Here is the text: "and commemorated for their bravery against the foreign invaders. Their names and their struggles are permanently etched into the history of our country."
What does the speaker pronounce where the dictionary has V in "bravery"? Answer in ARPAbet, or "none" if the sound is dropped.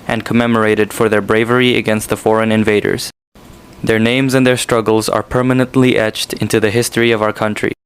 V